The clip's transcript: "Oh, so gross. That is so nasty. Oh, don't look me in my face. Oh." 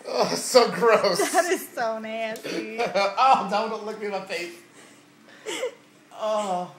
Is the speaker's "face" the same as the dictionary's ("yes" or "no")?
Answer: no